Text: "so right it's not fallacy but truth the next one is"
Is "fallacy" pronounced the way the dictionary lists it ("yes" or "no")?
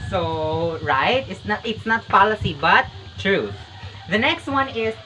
no